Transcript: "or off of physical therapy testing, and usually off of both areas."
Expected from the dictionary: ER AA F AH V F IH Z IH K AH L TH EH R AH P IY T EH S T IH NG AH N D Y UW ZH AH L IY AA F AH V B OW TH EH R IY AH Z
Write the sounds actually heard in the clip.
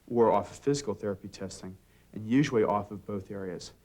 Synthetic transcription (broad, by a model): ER AA F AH F IH Z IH K L TH EH R AH P IY T EH S T IH NG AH N Y UW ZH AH L IY AA F AH V B OW TH EH R IY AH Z